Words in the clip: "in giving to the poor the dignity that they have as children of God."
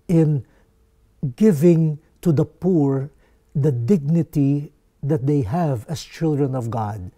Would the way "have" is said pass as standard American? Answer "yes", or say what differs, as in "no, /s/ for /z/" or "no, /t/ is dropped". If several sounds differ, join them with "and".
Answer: yes